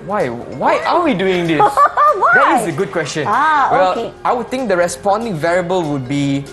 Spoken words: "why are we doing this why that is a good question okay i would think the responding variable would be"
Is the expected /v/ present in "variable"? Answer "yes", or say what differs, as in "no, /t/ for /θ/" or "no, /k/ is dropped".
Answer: yes